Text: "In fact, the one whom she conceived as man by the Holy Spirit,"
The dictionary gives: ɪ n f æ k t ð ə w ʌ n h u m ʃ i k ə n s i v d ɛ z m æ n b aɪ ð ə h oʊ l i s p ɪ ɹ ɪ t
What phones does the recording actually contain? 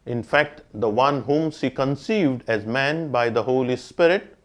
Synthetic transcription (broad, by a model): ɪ n f æ k t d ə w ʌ n h u m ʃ i k ə n s i v d ɛ z m æ n b aɪ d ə h oʊ l i s p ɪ ɹ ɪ t